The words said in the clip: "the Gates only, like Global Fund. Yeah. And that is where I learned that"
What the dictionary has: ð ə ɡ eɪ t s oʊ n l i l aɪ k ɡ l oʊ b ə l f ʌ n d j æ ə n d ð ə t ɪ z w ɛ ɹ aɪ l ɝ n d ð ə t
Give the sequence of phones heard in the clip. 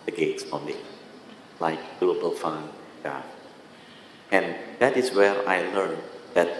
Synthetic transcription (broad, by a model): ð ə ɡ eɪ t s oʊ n i l aɪ k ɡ l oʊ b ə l f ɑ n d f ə n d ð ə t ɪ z w ɛ ɹ aɪ l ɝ n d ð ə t